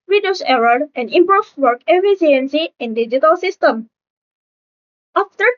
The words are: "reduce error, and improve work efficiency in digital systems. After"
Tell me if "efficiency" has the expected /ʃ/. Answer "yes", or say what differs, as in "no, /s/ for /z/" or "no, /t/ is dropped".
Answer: no, /s/ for /ʃ/